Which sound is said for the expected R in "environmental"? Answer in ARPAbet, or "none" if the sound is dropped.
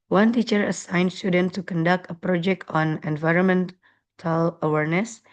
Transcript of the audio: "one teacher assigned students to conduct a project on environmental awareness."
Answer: R